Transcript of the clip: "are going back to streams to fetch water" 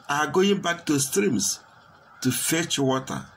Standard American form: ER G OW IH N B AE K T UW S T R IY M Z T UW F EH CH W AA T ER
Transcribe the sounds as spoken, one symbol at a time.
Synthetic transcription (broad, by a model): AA G OW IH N B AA K T UW S T R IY M S T UW F EH CH W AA T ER